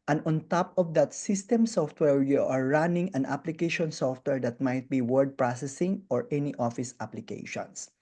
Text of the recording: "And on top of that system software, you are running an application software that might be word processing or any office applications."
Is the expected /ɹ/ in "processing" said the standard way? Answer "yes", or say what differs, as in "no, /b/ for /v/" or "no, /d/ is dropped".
yes